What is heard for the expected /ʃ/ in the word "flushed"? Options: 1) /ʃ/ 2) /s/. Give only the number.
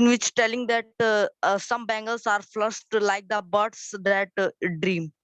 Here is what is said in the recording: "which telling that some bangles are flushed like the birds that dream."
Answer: 2